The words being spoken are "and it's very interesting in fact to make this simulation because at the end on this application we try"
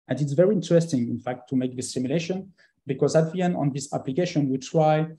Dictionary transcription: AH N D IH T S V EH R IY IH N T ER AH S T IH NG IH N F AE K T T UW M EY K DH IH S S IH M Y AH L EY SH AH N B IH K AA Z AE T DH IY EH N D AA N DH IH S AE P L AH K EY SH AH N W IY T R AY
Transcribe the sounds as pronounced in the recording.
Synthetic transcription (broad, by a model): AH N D IH T S V EH R IY IH N T ER AH S T IH NG IH N F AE K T T UW M EY K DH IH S S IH M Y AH L EY SH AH N B IH K AA Z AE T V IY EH N AA N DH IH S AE P L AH K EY SH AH N W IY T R AY